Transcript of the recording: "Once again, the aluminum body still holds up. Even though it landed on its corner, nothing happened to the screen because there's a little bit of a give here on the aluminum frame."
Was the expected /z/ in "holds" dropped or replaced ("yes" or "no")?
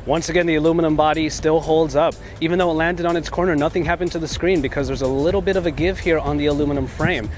no